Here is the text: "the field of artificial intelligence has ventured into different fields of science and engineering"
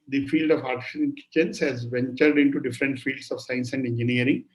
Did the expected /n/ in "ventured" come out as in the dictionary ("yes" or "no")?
yes